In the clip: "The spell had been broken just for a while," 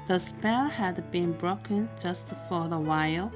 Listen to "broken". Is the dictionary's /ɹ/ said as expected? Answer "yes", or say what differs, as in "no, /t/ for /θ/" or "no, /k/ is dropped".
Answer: yes